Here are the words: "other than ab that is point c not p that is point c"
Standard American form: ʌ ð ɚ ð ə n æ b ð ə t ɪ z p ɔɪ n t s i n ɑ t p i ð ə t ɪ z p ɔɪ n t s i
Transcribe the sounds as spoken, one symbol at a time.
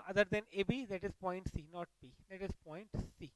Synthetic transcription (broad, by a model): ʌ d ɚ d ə n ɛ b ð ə t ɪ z p ɔɪ n t s i n ɑ t b i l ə t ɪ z p ɔɪ n t s i